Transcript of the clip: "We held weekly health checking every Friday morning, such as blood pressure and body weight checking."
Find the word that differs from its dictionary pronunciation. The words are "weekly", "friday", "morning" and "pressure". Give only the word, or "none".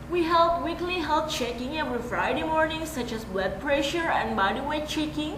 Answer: none